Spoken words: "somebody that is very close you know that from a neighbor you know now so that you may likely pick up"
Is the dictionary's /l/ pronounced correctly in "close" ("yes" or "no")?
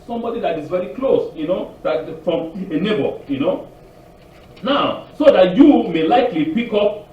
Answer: yes